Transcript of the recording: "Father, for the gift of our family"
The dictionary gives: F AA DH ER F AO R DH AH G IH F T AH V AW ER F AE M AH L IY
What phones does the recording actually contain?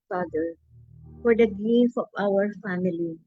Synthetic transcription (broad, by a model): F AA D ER F AO R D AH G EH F AH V AW ER F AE M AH L IY